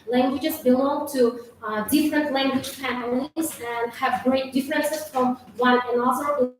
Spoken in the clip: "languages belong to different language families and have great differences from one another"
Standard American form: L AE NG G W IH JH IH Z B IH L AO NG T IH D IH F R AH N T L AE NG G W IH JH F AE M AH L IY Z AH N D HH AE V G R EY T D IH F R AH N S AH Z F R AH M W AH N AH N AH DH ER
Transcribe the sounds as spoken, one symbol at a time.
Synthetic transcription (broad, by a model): L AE NG G W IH JH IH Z B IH L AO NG T IH D IH F R AH N T L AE NG G W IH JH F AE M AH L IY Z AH N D HH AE V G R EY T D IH F R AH N S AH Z F R AH M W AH AH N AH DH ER